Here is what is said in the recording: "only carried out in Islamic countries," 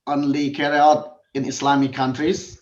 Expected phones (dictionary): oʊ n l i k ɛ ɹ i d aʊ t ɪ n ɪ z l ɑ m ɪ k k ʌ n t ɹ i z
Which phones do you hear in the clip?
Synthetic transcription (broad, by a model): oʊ n l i k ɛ ɹ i aʊ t ɪ n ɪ s l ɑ m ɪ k k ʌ n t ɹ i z